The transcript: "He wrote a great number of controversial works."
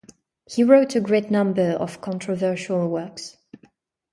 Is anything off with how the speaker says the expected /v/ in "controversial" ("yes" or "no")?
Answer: no